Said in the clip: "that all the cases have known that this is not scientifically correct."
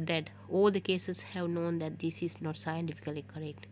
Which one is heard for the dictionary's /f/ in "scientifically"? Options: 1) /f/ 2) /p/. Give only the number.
1